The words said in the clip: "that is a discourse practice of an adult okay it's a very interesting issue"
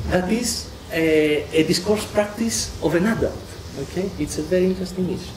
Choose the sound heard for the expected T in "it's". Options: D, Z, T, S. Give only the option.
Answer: T